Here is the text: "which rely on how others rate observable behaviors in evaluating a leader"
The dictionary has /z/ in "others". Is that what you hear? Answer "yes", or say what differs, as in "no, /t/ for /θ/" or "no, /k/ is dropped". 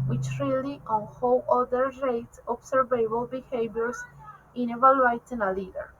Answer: no, /z/ is dropped